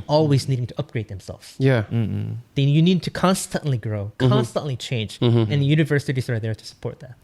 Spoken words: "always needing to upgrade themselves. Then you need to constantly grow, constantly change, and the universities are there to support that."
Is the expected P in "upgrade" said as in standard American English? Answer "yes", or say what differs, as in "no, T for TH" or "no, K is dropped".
yes